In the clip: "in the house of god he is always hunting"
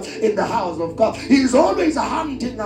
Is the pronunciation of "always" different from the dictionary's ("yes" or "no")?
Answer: no